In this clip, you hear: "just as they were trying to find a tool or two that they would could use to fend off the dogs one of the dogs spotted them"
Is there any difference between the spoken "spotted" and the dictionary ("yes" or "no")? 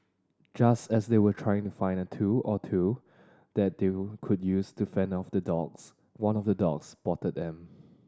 yes